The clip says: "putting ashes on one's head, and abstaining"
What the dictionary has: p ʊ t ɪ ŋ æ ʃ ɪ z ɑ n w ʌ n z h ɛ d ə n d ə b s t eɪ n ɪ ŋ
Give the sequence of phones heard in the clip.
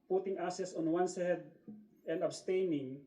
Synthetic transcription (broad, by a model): p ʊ t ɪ ŋ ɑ s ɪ s ɑ n w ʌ n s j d ə n d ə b s t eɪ n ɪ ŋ